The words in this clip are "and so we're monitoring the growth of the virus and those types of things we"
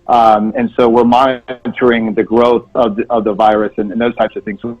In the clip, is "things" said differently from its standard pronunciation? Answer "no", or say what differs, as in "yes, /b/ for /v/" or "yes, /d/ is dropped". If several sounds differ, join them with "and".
no